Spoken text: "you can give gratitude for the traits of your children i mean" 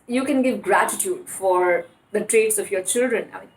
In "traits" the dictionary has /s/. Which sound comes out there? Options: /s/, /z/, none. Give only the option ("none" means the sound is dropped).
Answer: /s/